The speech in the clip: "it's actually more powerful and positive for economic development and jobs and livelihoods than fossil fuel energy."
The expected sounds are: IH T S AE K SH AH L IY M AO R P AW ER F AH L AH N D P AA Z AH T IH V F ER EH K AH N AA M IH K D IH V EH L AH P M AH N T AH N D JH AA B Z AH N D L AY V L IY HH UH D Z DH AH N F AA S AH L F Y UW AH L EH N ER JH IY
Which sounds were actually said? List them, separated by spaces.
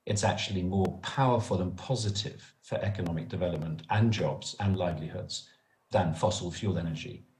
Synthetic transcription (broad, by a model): IH T S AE K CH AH L IY M AO P AW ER F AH L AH N P AA Z AH T IH V F ER EH K AH N AA M IH K D IH V EH L AH P M AH N T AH N JH AA B Z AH N L AY V L IY HH UH D Z DH AH N F AA S AH L F Y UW L EH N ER JH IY